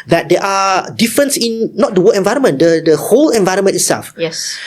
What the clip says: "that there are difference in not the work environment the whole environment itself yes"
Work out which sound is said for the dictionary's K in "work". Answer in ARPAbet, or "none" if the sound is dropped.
none